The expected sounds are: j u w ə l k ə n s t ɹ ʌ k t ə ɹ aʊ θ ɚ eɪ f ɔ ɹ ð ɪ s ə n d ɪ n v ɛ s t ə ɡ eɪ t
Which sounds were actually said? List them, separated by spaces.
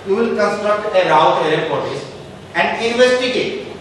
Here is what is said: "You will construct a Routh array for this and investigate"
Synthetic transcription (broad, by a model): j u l k ə n s t ɹ ʌ k t ə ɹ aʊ t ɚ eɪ p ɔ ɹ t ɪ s ə n d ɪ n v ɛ s t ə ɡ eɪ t